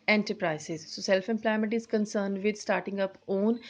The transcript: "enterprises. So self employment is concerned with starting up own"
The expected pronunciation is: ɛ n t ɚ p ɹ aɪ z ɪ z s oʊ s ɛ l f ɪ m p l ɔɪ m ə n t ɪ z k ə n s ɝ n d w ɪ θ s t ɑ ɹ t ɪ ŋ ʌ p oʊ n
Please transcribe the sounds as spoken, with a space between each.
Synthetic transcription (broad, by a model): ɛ n t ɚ p ɹ aɪ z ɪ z s oʊ s ɛ l f ɪ m p l ɔɪ m ə n t ɪ z k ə n s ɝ n d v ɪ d s t ɑ ɹ t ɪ ŋ ʌ p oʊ n